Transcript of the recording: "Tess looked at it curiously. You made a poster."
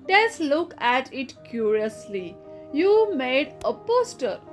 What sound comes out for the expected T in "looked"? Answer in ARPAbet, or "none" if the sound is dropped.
none